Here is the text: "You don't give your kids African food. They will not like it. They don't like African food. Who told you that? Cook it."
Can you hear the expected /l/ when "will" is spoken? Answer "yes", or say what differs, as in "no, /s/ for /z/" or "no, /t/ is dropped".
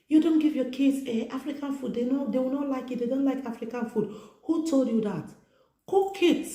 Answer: no, /w/ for /l/